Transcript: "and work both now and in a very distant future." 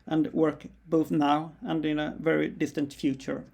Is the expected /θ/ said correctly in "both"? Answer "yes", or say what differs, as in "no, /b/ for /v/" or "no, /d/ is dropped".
yes